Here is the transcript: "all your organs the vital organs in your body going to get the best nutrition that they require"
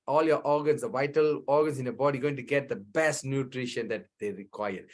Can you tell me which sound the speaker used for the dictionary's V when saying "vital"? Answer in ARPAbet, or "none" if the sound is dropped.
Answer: V